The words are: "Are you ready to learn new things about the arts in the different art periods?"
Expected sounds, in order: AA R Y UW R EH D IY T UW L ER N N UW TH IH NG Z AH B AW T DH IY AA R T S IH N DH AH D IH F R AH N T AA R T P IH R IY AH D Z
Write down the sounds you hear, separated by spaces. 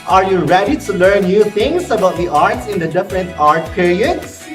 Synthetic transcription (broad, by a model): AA R Y UW R EH D IY T UW L ER N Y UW T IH NG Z AH B AW T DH IY AA R T S IH N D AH D IH F R AH N T AA R T P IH R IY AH D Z